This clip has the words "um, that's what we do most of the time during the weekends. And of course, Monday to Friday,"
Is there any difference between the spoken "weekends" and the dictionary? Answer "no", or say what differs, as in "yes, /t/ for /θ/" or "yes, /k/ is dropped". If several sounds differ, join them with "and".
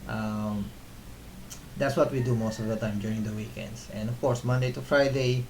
yes, /s/ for /z/